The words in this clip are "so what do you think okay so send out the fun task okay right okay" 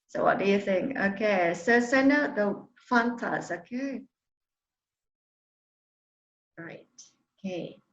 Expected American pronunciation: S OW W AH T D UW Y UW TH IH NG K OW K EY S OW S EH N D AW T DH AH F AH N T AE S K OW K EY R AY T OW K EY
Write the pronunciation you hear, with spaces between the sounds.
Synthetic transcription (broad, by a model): S OW W AH T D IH Y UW TH IH NG K OW K EY S OW S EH N AW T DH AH F AH N T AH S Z OW K EY R AY T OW K EY